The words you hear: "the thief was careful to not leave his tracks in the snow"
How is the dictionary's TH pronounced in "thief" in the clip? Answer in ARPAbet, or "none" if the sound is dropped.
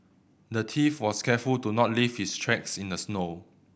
T